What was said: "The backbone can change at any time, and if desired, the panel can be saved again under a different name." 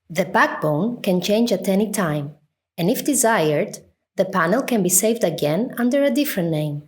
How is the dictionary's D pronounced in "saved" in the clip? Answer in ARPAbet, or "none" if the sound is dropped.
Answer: D